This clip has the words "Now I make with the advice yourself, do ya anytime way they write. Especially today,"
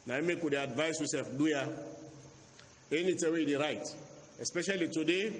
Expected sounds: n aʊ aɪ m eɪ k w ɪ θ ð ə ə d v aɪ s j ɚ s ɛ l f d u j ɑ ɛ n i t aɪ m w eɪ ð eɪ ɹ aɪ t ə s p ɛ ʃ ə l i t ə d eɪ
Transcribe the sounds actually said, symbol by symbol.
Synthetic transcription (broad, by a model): n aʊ aɪ m eɪ k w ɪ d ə ə d v aɪ s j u s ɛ f d u j ɑ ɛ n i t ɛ w eɪ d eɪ ɹ aɪ t ə s p ɛ ʃ ə l i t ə d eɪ